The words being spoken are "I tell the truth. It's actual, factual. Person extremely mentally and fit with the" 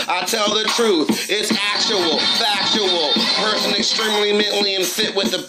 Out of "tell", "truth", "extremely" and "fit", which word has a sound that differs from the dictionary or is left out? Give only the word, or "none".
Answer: none